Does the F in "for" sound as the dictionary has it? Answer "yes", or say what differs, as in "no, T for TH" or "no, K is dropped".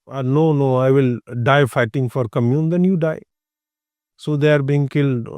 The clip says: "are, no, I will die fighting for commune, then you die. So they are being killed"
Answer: yes